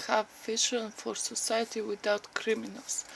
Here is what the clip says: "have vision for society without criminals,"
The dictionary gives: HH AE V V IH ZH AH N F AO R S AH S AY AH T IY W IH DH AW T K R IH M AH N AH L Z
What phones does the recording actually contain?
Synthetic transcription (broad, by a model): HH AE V F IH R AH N F AO R S AH S AY AH T IY W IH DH AW T K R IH M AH N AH L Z